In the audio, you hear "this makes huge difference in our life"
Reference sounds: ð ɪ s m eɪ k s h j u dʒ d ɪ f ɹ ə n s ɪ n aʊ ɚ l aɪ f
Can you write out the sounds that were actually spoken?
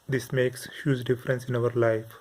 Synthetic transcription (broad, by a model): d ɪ s m eɪ k s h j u z d ɪ f ɹ ə n s ɪ n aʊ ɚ l aɪ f